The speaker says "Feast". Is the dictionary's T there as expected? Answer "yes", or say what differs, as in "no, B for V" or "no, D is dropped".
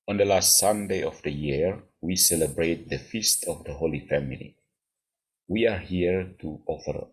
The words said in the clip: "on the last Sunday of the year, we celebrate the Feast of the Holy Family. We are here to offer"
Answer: yes